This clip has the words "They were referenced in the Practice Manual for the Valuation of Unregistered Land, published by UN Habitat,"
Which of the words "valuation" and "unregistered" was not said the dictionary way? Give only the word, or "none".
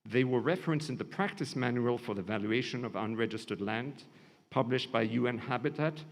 none